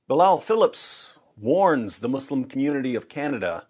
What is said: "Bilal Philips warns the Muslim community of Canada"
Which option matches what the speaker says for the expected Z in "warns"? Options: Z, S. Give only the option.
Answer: Z